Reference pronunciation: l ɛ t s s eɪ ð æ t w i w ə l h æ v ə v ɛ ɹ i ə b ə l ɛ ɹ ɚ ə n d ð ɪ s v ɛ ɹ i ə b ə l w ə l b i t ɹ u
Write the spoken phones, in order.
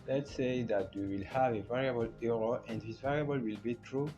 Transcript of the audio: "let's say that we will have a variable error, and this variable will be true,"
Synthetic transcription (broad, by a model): l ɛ t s s eɪ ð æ t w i w ə l h æ v ə v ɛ ɹ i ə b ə l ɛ ɹ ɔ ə n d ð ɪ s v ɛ ɹ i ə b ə l w ə l b i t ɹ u